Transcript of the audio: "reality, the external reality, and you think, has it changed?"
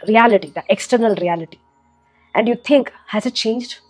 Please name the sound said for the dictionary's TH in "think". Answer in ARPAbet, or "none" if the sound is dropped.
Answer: T